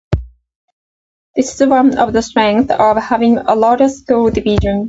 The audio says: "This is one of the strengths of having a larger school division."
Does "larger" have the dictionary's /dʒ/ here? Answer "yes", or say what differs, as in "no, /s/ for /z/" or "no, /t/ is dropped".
no, /dʒ/ is dropped